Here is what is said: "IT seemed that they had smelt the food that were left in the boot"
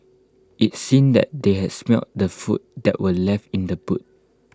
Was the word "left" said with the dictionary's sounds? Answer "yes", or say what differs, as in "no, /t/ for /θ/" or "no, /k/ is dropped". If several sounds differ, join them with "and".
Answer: yes